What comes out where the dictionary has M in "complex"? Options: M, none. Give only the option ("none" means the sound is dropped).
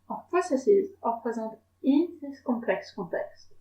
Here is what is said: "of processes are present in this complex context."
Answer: none